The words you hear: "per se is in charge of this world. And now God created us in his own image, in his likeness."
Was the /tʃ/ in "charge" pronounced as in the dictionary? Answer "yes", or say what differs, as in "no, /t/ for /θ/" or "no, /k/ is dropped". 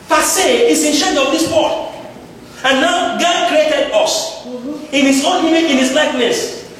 no, /ʃ/ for /tʃ/